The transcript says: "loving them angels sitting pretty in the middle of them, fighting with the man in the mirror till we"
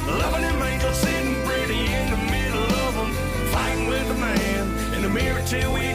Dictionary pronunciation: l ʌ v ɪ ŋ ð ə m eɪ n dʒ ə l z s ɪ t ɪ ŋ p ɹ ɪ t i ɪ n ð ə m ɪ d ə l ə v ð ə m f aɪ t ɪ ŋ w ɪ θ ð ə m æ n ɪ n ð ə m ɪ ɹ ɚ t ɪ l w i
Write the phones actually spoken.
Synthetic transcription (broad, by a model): l ʌ v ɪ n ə m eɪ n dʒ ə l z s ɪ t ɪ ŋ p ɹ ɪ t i ɪ n ð ə m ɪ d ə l ə v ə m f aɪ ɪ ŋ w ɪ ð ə m æ n ɪ n ð ə m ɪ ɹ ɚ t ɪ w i